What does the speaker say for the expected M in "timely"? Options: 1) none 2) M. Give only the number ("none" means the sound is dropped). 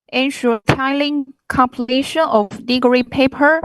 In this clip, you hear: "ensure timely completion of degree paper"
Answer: 1